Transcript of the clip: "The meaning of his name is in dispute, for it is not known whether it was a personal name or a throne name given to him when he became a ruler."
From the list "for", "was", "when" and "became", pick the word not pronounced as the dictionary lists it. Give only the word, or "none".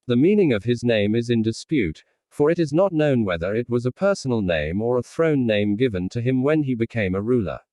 none